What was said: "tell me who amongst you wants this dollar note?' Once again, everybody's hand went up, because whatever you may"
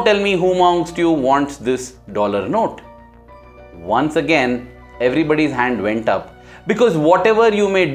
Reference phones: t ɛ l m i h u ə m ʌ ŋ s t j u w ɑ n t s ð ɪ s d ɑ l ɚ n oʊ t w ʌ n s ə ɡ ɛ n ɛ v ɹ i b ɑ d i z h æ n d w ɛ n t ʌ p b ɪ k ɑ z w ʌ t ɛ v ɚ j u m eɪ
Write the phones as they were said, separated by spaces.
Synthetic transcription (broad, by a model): t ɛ l m i h u m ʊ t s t j u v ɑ n t s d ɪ s d ɑ l ɚ n oʊ t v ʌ n s ə ɡ ɛ n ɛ v ɹ i b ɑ d i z h æ n d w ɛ n t ʌ p b ɪ k ɑ z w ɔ t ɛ v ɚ j u m eɪ